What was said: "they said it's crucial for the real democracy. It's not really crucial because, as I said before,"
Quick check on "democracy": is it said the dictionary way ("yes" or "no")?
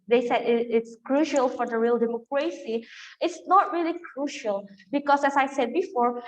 yes